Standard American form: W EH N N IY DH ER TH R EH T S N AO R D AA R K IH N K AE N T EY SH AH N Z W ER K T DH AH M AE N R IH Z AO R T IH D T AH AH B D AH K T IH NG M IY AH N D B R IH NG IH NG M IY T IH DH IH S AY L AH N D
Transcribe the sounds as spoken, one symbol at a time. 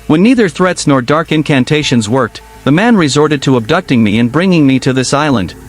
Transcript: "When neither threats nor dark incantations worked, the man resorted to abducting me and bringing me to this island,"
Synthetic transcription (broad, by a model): W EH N N IY DH ER TH R EH T S N AO R D AA R K IH N K AE N T EY SH AH N Z W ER K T DH AH M AE N R IH Z AO R T IH D T AH AH B D AH K T IH NG M IY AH N B R IH NG IH NG M IY T IH DH IH S AY L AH N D